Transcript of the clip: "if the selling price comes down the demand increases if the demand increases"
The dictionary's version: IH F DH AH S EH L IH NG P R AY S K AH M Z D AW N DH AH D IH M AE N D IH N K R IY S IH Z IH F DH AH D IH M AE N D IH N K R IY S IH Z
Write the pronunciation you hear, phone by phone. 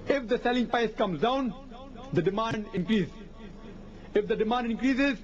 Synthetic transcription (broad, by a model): IH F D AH S EH L IH NG P AY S K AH M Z D AW N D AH D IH M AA N D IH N K R IY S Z IH F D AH D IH M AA N D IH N K R IY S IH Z